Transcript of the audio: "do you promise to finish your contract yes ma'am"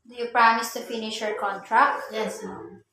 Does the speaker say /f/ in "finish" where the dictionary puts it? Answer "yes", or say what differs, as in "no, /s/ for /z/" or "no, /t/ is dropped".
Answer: yes